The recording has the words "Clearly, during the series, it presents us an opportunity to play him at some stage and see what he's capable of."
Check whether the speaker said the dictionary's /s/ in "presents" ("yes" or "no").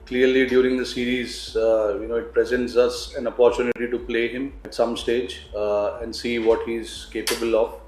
yes